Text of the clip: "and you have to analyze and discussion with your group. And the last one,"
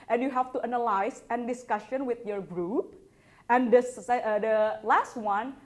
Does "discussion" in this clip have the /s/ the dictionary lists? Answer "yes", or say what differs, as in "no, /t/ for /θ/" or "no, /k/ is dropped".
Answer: yes